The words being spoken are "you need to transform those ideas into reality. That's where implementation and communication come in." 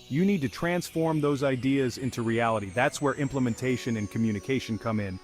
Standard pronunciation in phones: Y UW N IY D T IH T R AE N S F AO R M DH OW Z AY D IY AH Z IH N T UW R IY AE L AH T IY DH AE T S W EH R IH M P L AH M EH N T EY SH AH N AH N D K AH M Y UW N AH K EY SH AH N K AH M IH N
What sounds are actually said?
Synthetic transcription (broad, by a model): Y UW N IY D T IH T R AE N S F AO R M DH OW Z AY D IY AH Z IH N T UW R IY AE L AH T IY DH AE T S W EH R IH M P L AH M EH N T EY SH AH N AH N K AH M Y UW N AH K EY SH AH N K AH M IH N